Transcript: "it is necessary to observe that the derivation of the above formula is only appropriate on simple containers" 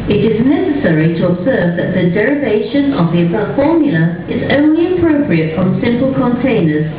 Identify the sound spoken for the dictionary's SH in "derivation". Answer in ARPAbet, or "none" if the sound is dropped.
SH